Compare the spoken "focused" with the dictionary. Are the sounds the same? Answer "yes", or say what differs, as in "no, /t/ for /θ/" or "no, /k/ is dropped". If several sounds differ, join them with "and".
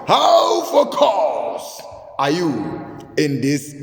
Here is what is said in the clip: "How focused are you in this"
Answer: no, /t/ is dropped